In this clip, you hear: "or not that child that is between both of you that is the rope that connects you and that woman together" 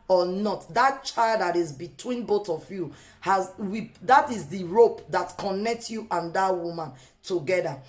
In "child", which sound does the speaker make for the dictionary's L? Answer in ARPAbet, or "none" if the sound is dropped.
L